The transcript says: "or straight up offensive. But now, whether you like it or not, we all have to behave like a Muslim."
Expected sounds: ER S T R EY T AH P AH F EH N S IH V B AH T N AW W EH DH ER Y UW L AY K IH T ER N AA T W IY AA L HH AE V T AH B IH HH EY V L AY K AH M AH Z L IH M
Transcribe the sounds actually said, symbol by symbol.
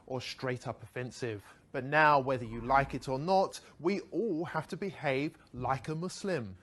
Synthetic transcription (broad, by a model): ER S T R EY T AH P AH F EH N S IH V B AH T N AW W EH DH ER Y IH L AY K IH T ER N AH T W IY AA L HH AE F T AH B IH HH EY V L AY K AH M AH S L IH M